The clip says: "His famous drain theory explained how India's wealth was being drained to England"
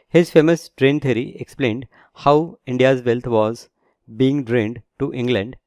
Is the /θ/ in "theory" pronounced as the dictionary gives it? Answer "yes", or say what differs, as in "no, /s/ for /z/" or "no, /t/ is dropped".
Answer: no, /t/ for /θ/